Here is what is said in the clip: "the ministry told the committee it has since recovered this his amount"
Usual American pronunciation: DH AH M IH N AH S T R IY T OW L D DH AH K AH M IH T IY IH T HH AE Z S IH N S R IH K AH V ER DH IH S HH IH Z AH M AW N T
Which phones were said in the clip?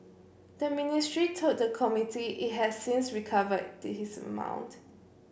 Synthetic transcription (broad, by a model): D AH M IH N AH S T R IY T OW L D AH K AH M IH T IY IH T HH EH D S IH N S R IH K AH V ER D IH HH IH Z AH M AW N T